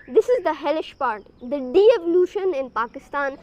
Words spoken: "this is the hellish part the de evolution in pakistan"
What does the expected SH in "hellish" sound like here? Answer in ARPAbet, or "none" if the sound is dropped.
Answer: SH